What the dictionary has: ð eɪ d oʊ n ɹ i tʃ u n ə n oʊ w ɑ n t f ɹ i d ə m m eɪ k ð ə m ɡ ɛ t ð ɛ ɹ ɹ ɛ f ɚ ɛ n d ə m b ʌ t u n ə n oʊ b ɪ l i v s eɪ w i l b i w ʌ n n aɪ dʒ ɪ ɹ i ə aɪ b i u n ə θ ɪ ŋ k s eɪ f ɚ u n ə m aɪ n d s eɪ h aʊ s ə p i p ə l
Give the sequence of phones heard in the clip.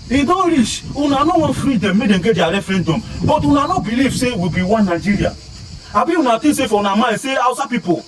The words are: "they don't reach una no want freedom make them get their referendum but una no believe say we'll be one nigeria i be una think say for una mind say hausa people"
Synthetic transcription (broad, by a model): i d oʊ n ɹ i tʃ u n ə n oʊ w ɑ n f ɹ i d ə m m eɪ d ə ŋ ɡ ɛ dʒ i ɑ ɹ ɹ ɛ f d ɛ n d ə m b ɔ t u n ə n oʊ b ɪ l i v s eɪ w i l b i w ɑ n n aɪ dʒ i ɹ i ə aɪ b i u n ə t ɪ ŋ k s eɪ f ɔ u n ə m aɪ s eɪ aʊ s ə p i p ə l